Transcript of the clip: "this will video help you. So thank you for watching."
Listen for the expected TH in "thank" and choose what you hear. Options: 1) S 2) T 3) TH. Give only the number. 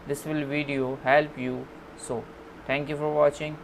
2